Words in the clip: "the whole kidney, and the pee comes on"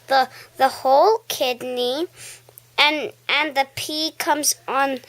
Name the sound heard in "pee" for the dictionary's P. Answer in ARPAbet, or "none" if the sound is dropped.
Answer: P